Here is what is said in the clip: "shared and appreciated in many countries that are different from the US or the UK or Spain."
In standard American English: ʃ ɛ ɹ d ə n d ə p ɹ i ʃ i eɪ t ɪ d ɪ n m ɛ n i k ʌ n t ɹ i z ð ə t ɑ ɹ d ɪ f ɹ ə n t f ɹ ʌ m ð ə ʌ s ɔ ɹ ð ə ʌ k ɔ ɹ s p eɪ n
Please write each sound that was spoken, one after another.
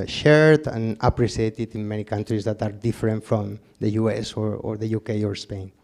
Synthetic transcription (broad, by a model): ʃ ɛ ɹ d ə n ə p ɹ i s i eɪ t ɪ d ɪ n m ɛ n i k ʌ n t ɹ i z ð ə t ɑ ɹ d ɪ f ɹ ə n t f ɹ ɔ m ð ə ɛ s ɔ ɹ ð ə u k ɔ ɹ s p eɪ n